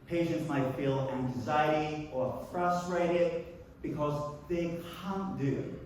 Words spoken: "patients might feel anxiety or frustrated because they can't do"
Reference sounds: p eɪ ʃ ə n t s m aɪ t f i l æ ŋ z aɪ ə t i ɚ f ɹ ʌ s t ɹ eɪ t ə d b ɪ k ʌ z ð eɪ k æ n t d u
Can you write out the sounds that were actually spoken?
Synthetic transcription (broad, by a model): p eɪ ʃ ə n t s m aɪ t f i l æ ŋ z aɪ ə t i ɚ f ɹ ʌ s t ɹ eɪ t ə d b ɪ k ʌ z ð eɪ k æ n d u